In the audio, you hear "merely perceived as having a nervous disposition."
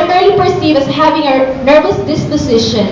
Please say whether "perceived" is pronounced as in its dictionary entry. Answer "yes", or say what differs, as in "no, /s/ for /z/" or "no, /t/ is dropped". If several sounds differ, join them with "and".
no, /d/ is dropped